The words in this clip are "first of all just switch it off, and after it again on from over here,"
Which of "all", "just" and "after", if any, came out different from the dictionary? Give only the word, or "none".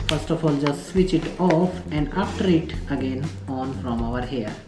after